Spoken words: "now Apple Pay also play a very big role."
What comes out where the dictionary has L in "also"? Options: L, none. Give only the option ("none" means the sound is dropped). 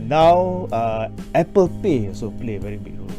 none